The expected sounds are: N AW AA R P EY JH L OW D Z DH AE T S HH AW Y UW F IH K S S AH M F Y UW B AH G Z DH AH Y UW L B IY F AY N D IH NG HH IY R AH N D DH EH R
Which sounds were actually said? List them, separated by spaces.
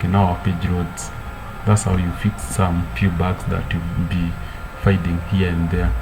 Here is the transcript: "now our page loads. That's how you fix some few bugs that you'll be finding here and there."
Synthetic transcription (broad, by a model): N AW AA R P EY JH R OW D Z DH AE T S HH AW Y UW F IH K S S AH M F Y UW B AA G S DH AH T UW B IY F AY D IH NG HH IY R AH N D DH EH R